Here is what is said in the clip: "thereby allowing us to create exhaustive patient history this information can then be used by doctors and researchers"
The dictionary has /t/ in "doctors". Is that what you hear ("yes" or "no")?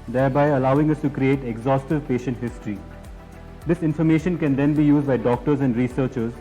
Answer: yes